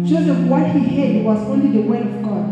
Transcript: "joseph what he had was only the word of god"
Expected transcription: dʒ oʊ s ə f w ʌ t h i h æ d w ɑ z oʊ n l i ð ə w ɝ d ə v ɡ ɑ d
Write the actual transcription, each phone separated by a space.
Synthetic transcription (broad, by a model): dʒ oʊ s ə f w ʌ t h i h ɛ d w ɑ z oʊ n l i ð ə w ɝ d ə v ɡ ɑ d